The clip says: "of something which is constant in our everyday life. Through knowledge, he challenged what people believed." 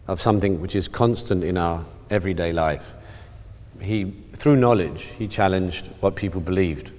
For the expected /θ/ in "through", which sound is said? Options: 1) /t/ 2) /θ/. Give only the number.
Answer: 2